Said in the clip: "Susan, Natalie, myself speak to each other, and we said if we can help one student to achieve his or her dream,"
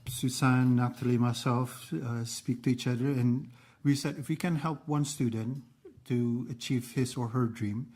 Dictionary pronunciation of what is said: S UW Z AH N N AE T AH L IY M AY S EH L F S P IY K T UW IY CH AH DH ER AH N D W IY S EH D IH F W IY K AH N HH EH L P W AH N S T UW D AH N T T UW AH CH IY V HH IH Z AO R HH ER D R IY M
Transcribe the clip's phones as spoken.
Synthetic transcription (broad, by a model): S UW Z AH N N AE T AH L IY M AY S EH L F S P IY K T UW IY CH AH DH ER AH N W IY S EH D IH F W IY K AH N HH EH L P W AH N S T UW D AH N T T UW AH CH IY V HH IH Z AO R HH ER D R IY M